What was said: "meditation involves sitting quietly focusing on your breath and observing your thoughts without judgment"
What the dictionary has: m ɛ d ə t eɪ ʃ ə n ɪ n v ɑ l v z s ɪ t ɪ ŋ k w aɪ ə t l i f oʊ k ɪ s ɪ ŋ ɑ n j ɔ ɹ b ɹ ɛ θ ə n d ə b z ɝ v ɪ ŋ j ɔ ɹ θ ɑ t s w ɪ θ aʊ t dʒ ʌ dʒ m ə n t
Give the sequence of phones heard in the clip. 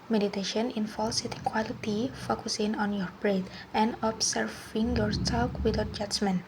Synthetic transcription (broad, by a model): m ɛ d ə t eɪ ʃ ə n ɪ n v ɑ l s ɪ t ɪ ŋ k w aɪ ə t i f oʊ k ɪ s ɪ ŋ ɑ n j ɔ ɹ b ɹ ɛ t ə n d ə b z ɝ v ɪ ŋ j ɔ ɹ s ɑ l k w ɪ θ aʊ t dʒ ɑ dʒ m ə n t